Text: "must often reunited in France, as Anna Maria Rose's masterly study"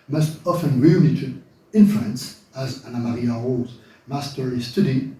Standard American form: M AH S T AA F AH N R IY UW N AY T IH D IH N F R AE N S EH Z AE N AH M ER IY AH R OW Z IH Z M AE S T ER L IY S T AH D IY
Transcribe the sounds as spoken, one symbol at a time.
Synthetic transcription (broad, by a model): M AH S T AA F AH N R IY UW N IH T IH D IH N F L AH N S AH Z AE N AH M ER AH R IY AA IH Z M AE S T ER IY S T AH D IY